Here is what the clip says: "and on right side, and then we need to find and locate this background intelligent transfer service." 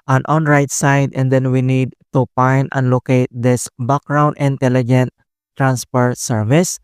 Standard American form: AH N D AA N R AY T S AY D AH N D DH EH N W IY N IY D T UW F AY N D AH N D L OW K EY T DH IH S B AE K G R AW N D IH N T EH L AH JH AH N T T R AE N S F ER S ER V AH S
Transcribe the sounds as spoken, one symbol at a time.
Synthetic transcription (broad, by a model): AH N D AA N R AY T S AY D AH N D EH N W IY N IY D T UW P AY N AH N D L OW K EY T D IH S B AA K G R AW N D IH N T EH L AH JH AH N T T R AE N S P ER S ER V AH S